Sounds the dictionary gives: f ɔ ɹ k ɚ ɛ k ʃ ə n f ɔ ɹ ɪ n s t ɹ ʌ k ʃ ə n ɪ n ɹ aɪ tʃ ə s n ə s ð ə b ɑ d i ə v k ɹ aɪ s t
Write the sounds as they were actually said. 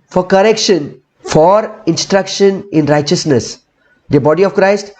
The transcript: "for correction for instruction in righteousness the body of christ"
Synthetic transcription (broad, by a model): f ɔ ɹ k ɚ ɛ k ʃ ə n f ɔ ɹ ɪ n s t ɹ ʌ k ʃ ə n ɪ n ɹ aɪ tʃ ə s n ə s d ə b ɑ d i ə v k ɹ aɪ s t